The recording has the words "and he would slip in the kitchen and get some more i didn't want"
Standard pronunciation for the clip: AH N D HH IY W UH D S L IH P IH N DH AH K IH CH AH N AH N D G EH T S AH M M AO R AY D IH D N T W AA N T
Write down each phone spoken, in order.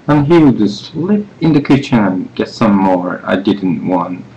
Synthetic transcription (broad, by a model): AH N HH IY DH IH S L IH P IH N DH AH K IH CH AH N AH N G EH T S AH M M AO R AY D IH D N T W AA N T